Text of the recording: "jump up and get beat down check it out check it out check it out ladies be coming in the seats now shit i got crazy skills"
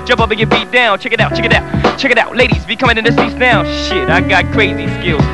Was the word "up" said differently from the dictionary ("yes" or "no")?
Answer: yes